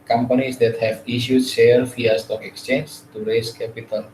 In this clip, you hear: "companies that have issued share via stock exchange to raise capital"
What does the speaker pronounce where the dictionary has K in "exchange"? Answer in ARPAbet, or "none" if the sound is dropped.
K